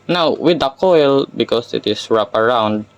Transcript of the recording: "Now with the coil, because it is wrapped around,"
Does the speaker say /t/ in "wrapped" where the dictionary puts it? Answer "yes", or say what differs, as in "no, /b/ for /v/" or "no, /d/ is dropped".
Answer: no, /t/ is dropped